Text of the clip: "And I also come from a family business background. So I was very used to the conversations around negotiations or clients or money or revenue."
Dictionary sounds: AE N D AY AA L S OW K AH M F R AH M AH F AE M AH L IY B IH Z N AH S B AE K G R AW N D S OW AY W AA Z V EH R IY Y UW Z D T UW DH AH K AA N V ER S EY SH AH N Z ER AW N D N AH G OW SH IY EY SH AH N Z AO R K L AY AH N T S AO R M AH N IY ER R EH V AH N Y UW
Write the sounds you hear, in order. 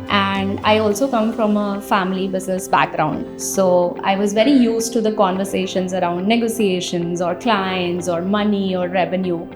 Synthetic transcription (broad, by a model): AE N D AY AA L S OW K AH M F R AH M AH F AE M AH L IY B IH Z N AH S B AE K G R AW N D S OW AY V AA Z V EH R IY Y UW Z T UW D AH K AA N V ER S EY SH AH N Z ER AW N D N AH G OW S IY EY SH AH N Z AO R K L AY AH N T S AO R M AH N IY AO R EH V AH N Y UW